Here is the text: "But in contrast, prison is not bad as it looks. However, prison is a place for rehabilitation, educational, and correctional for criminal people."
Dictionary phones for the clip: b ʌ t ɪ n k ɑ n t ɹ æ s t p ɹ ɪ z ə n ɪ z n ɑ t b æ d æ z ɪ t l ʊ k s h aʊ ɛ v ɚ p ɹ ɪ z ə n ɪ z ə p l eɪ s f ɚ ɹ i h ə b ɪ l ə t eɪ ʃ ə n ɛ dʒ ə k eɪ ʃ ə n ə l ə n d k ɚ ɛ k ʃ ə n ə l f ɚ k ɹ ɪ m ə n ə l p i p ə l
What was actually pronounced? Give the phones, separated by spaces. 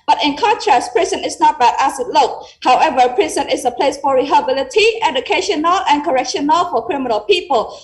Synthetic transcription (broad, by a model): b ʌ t ɪ n k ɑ n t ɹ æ s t p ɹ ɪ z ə n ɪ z n ɑ t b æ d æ s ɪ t l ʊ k h aʊ ɛ v ɚ p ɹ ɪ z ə n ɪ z ə p l eɪ s f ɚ ɹ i h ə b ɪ l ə t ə ɛ dʒ ə k eɪ ʃ ə n ə l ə n k ɚ ɛ k ʃ ə n ə l f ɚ k ɹ ɪ m ə n ə l p i p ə l